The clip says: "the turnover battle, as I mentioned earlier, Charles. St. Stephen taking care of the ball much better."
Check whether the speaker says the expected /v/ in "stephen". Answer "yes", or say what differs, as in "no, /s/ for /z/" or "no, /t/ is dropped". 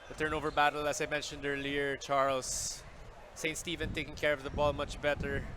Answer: yes